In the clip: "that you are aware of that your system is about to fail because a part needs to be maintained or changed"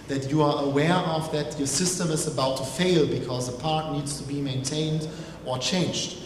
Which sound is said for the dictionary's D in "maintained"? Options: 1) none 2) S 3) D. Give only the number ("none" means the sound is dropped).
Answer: 3